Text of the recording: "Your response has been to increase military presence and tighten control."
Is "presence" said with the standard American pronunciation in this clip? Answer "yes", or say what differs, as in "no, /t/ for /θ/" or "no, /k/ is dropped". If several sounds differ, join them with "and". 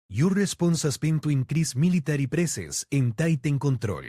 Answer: no, /s/ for /z/ and /n/ is dropped